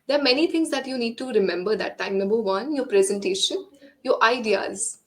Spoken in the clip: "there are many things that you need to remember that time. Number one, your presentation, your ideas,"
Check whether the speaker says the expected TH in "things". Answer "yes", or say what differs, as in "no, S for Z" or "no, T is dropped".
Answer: no, T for TH